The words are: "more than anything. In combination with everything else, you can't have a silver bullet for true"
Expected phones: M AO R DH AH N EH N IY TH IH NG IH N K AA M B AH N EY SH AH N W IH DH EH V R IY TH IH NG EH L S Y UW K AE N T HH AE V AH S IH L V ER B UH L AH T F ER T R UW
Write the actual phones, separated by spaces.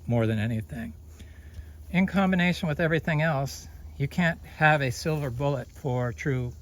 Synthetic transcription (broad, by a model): M AO R DH AH N EH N IY TH IH NG IH N K AA M B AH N EY SH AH N W IH DH EH V R IY TH IH NG EH L S Y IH K AE N T HH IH V AH S IH L V ER B UH L AH T F ER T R UW